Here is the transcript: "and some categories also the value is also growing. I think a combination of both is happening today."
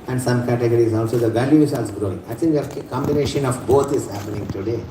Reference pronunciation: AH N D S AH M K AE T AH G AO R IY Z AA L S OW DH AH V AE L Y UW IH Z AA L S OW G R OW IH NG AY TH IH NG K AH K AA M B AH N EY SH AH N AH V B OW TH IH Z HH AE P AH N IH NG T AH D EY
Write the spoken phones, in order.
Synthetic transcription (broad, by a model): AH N D S AH M K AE T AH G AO R IY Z AA L S OW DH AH V AE L Y UW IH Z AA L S G R OW IH NG AY T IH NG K AH K AA M B AH N EY SH AH N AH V B OW T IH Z HH AE P AH N IH NG T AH D EY